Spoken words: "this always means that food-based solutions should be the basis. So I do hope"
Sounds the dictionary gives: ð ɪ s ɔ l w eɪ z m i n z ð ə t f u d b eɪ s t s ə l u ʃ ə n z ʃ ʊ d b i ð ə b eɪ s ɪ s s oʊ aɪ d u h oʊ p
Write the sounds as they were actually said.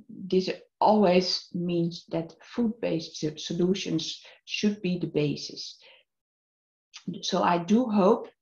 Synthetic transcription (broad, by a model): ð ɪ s ɔ l w eɪ z m i n z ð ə t f u d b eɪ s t s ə l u ʃ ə n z ʃ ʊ d b i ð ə b eɪ s ɪ s s oʊ aɪ d u h oʊ p